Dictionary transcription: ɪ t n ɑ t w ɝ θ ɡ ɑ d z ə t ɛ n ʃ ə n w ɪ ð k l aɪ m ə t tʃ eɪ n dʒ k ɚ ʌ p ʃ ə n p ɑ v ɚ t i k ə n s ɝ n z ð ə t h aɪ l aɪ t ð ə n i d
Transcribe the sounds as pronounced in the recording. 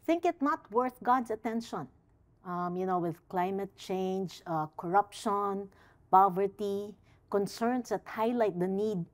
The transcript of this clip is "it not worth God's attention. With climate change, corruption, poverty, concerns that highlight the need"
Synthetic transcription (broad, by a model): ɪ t n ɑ t w ɝ θ ɡ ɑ d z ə t ɛ n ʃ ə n w ɪ ð k l aɪ m ə t tʃ eɪ n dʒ k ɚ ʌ p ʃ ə n p ɑ v ɚ t i k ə n s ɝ n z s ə t h aɪ l aɪ t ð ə n i d